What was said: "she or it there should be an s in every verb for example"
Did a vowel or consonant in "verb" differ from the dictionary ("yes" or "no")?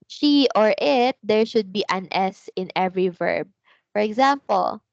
no